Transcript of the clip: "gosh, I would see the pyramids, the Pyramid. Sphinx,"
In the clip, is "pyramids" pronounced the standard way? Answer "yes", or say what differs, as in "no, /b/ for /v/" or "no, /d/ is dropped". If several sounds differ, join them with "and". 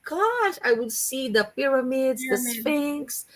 yes